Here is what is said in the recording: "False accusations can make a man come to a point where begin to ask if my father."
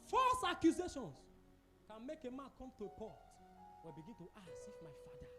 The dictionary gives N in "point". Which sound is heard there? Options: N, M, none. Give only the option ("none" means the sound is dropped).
none